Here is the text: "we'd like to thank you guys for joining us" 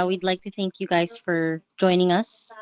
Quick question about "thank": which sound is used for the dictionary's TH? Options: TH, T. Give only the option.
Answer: TH